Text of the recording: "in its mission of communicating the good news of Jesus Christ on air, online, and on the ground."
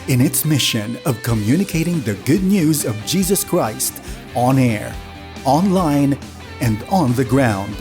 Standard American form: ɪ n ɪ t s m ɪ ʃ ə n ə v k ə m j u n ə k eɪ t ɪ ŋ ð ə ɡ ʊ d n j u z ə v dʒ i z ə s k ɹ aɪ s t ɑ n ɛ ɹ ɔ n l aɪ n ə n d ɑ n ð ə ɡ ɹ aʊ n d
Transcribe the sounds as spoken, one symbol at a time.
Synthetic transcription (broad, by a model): ɪ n ɪ t s m ɪ ʃ ə n ə v k ə m j u n ə k eɪ t ɪ ŋ ð ə ɡ ʊ d n j u z ə v dʒ i z ə s k ɹ aɪ s t ɑ n ɛ ɹ ɔ n l aɪ n ə n d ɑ n ð ə ɡ ɹ aʊ n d